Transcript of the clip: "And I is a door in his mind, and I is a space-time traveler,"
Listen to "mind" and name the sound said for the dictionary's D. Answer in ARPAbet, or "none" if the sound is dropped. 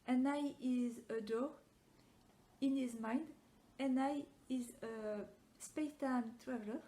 D